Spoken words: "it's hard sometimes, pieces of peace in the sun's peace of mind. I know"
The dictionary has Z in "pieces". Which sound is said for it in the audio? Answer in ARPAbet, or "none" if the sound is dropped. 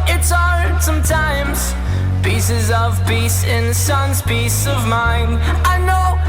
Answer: Z